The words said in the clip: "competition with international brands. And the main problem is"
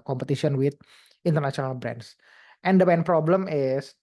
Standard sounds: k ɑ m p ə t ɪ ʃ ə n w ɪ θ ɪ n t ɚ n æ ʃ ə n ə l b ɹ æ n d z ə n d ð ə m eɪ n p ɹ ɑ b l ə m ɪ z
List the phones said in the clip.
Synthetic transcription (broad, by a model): k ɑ m p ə t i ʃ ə n w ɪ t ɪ n t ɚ n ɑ s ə n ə l b ɹ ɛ n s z ə n d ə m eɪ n p ɹ ɑ b l ə m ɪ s